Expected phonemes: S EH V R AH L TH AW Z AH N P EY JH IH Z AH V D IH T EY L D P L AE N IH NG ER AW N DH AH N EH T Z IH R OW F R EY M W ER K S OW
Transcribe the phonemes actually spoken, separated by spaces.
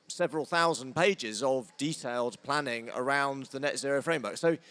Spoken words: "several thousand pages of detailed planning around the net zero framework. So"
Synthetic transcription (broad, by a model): S EH V R AH L TH AW Z AH N P EY JH IH Z AH V D IH T EY L D P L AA N IH NG ER AW N DH AH N EH T Z IH R OW F R EY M W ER K S OW